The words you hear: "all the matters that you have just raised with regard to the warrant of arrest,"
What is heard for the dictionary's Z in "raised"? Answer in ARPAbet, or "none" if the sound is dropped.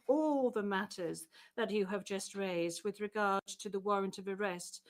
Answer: Z